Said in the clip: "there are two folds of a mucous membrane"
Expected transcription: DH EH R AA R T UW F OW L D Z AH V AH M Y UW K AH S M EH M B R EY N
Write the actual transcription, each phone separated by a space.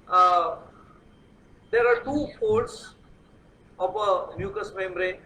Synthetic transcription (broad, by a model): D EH R AA R T UW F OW D S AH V AH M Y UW K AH S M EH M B R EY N